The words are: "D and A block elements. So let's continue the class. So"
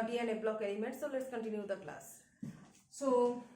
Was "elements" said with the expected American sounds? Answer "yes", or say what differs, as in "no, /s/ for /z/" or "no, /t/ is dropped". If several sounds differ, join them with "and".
no, /n/ is dropped